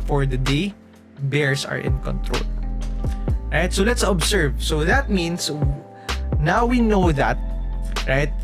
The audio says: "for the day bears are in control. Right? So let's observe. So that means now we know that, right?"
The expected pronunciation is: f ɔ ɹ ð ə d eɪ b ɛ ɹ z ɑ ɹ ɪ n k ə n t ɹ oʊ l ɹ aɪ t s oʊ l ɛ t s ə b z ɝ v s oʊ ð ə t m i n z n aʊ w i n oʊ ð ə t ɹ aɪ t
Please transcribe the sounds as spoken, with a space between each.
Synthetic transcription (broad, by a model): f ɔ ɹ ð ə d eɪ b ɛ ɹ s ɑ ɹ ɪ n k ə n t ɹ oʊ l ɹ aɪ t s oʊ l ɛ t s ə b s ɝ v s oʊ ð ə t m i n s n aʊ w i n oʊ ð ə t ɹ aɪ t